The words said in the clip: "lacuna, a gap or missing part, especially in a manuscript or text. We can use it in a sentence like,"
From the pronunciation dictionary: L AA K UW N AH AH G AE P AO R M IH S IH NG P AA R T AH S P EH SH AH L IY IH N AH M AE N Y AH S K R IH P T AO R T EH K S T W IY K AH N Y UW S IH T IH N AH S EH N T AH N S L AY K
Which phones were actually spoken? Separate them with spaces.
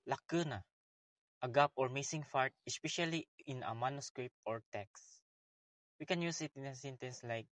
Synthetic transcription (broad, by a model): L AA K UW N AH AH G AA P AO R M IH S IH NG F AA R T AH S P EH SH AH L IY IH N AH M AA N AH S K R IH P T AO R T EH K S W IY K AH N Y UW S IH T IH N AH S EH N T AH N S L AY K